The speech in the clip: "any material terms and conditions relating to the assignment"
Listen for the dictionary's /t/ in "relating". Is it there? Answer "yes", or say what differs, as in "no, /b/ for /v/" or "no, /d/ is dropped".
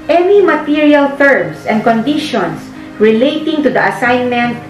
yes